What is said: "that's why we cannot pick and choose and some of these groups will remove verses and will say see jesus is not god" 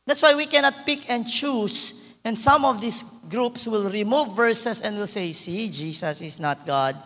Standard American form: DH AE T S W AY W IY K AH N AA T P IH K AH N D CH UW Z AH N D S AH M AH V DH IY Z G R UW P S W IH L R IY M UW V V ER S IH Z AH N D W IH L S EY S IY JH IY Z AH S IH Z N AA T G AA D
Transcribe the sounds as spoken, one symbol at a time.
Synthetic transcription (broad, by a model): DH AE T S W AY W IY K AH N AA T P IH K AH N D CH UW S AH N D S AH M AH V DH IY S G R UW P S W IH L R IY M UW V V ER S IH S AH N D W IH L S EY S IY JH IY S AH S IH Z N AA T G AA D